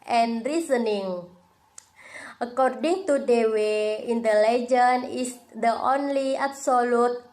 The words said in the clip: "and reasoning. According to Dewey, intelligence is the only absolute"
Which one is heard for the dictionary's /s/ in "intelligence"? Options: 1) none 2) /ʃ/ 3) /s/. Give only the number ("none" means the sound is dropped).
1